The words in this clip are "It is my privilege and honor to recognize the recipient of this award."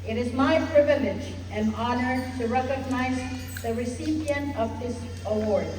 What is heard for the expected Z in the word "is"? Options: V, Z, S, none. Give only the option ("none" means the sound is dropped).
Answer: Z